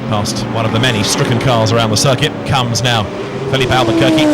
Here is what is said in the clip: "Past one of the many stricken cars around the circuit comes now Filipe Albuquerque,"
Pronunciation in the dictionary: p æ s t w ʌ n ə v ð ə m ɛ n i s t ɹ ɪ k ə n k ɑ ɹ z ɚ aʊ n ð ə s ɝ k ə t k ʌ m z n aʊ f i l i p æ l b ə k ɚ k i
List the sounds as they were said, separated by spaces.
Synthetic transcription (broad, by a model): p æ s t w ʌ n ə v ð ə m ɛ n i s t ɹ ɪ k ə n k ɑ ɹ z ɚ aʊ n ð ə s ɝ k ə t k ʌ m z n aʊ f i l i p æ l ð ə k ɚ k i